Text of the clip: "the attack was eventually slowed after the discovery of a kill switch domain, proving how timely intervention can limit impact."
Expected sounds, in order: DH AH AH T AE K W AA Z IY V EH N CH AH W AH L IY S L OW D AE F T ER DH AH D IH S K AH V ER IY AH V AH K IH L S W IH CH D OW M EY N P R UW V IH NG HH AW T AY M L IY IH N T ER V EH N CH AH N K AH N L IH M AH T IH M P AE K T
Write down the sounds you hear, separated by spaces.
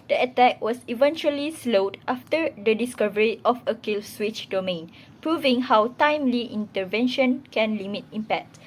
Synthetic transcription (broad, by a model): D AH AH T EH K W AA S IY V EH N CH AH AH L IY S L OW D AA F T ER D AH D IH S K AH V ER IY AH F AH K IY L S W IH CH D OW M EY N P R UW V IH NG HH AW T AY M L IY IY N T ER V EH N SH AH N K AH N L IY M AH T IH M P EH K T